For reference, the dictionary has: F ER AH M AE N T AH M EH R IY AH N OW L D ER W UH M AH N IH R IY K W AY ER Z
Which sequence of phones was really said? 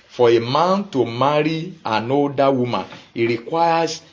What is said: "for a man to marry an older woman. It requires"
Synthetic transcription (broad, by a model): F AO AH M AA N T AH M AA R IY AH N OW D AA W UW M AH N IH R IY K W AY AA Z